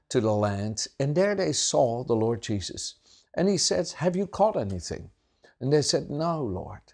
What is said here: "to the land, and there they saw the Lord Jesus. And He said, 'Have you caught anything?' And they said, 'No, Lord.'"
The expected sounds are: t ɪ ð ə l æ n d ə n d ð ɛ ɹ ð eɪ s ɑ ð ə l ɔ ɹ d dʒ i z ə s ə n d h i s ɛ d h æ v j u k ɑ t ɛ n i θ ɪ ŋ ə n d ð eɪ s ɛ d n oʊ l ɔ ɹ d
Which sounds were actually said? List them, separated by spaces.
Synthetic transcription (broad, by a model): t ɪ ð ə l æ n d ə n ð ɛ ɹ ð eɪ s ɑ ð ə l ɔ ɹ d dʒ i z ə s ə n i s ɛ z h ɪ v j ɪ k ɑ t ɛ n i θ ɪ ŋ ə n ð eɪ s ɛ d n oʊ l ɔ ɹ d